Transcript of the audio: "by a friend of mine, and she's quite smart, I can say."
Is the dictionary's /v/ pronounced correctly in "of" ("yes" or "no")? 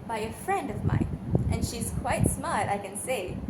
yes